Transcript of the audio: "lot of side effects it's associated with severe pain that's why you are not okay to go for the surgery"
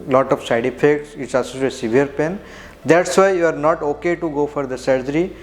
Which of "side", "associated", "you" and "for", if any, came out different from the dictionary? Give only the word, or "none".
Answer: associated